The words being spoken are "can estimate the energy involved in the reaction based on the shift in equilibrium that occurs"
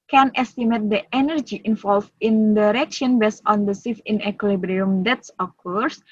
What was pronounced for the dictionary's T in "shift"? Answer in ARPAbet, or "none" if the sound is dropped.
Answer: none